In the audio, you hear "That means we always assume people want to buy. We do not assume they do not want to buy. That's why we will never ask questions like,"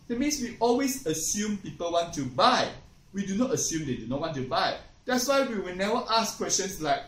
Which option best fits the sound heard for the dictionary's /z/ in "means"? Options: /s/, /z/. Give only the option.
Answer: /s/